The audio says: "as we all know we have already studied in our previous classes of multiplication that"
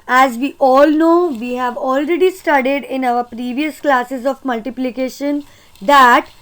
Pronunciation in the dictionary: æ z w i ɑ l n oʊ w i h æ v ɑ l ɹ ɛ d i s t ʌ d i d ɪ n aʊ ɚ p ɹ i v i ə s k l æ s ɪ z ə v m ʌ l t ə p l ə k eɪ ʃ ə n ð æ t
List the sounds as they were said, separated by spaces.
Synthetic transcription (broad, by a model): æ z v i ɑ l n oʊ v i h æ v ɑ l ɹ ɛ d i s t ʌ d i d ɪ n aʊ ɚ p ɹ i v i ə s k l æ s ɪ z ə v m ʌ l t ə p l ə k eɪ ʃ ə n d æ t